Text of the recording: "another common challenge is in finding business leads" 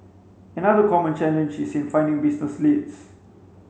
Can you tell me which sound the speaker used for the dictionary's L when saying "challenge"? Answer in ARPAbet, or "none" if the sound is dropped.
N